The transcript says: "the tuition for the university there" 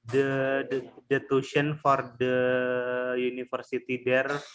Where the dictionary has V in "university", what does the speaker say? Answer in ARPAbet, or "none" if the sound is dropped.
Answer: F